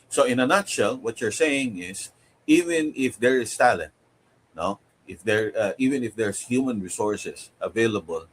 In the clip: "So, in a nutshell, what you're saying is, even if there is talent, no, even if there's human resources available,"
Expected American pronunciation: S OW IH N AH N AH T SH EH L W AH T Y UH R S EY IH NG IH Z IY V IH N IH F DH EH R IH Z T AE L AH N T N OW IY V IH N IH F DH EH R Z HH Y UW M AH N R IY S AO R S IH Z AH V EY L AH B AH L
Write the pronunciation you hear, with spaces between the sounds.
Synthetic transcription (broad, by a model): S OW IH N AH N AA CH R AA L W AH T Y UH R S EY IH NG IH S IY V IH N IH F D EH R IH S T AE L AH N T N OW IY V IH N IH F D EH R S HH Y UW M AH N R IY S AO R S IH S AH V EY L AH B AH L